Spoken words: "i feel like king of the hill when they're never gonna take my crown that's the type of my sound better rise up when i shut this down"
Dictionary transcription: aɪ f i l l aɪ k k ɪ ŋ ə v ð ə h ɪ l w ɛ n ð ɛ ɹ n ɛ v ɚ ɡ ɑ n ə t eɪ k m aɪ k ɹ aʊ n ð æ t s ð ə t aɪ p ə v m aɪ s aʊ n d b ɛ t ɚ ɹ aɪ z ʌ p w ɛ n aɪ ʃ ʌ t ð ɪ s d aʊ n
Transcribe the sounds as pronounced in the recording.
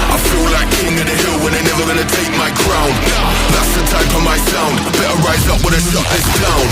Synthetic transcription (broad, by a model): aɪ f i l l aɪ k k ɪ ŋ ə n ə h ɪ l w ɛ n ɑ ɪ n ɛ v ɚ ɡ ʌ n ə t eɪ k m aɪ k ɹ aʊ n ð æ t s ð ə t aɪ f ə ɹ m aɪ s aʊ n d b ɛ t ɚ ɹ aɪ z ʌ p w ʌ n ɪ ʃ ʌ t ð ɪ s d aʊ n